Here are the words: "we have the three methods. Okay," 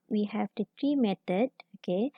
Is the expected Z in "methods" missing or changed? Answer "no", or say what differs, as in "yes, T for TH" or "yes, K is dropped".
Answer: yes, Z is dropped